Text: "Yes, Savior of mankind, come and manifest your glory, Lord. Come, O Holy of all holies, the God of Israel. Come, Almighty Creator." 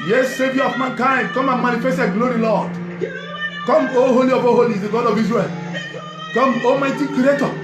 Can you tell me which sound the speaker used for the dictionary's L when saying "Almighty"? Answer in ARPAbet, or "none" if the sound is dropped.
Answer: none